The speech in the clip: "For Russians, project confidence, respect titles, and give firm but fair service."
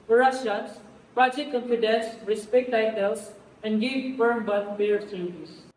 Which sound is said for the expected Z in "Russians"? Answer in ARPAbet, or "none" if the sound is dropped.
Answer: S